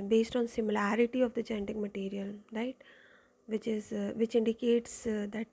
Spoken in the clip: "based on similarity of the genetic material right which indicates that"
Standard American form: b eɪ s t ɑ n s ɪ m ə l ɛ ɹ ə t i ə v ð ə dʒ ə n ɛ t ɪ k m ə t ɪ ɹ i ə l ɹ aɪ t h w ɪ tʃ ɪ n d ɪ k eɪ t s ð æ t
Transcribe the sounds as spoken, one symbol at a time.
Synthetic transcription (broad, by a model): b eɪ s t ɑ n s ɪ m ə l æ ɹ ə t i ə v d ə tʃ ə n t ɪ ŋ m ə t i ɹ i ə l ɹ aɪ t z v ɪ tʃ ɪ n d ɪ k eɪ t s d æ t